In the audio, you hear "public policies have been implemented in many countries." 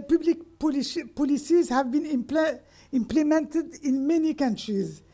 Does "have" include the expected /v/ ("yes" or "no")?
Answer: yes